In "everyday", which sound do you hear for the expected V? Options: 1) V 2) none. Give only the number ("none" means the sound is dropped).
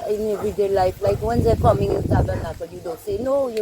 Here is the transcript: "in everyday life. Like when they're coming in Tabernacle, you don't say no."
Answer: 2